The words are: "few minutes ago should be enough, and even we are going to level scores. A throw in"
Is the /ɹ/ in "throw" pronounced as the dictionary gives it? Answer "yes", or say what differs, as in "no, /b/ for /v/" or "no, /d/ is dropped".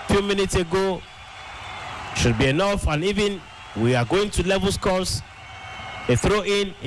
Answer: yes